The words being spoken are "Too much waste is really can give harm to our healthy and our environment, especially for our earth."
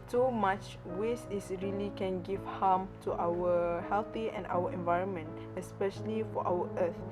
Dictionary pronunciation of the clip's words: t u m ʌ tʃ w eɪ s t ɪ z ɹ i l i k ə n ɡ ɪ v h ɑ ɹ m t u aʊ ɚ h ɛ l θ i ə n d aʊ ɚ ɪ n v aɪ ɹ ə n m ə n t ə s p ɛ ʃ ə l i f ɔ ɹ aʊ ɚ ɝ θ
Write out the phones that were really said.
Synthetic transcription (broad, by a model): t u m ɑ tʃ w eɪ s ɪ s ɹ i l i k ə n ɡ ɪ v h ɑ m t u aʊ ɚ h ɛ l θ i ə n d aʊ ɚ ɪ n v aɪ ɹ ə n m ə n t ə s p ɛ ʃ ə l i f ɔ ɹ aʊ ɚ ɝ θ